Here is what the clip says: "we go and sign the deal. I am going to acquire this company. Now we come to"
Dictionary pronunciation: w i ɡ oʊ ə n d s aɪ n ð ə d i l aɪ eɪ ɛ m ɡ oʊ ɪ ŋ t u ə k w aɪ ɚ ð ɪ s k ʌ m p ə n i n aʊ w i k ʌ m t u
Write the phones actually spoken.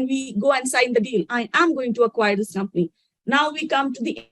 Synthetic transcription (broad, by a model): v i ɡ oʊ ə n d s aɪ n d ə d i l aɪ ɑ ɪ m ɡ oʊ ɪ ŋ t u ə k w aɪ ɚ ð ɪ s k ʌ m p ə n i n aʊ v i k ʌ m t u